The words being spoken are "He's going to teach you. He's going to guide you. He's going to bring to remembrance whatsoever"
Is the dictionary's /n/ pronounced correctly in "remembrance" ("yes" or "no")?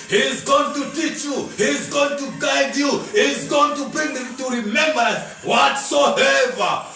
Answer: no